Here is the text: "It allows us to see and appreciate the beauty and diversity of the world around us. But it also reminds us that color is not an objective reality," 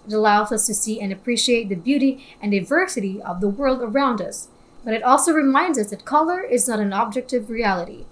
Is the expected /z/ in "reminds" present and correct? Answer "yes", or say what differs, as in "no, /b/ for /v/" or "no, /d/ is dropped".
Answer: yes